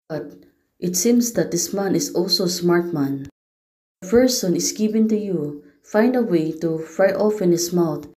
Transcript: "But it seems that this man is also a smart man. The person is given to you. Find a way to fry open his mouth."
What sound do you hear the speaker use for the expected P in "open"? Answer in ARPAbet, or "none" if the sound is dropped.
F